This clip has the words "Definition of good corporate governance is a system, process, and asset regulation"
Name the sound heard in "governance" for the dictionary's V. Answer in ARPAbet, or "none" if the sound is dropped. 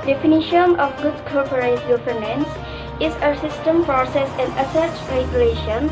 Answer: P